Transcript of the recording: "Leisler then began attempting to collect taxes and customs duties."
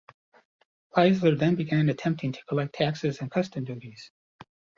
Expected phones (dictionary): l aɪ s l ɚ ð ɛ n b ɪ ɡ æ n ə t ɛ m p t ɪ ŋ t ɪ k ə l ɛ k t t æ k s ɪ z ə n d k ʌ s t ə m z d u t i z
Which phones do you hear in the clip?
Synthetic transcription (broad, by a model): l aɪ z l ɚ ð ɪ n b ɪ ɡ æ n ə t ɛ m p t ɪ ŋ t ɪ k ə l ɛ k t t æ k s ɪ z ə n k ʌ s t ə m d u t i z